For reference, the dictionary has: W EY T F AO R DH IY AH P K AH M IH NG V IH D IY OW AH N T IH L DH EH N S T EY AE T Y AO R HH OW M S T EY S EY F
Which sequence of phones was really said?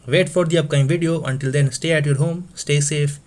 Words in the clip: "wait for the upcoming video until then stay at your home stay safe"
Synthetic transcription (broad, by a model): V EY T F AO R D IY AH P K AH IH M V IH D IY OW AH N T IH L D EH N S T EY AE T Y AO R HH OW M S T EY S EY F